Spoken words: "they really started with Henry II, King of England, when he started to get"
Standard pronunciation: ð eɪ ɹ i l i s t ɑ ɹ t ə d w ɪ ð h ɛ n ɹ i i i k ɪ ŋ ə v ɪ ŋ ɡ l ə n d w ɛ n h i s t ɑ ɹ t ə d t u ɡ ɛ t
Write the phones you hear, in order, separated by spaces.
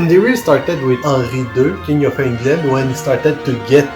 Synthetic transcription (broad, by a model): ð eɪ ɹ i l s t ɑ ɹ t ə d w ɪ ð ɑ ɹ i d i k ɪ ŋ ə f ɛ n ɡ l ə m w ɛ n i s t ɑ ɹ t ə d t u ɡ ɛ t